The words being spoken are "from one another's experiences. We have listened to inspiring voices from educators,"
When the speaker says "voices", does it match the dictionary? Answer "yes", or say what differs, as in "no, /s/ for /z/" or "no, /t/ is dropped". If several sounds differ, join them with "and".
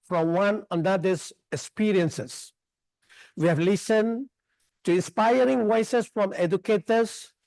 no, /w/ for /v/ and /s/ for /z/